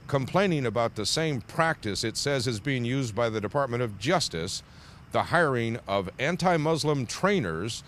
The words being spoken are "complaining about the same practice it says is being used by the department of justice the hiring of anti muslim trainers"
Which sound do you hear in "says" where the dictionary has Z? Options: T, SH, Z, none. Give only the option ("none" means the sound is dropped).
Z